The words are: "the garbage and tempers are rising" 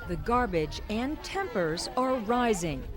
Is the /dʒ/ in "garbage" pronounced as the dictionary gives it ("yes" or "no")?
yes